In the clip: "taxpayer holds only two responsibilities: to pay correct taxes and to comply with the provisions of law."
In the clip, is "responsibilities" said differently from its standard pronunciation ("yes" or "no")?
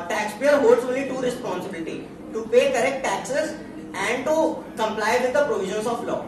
yes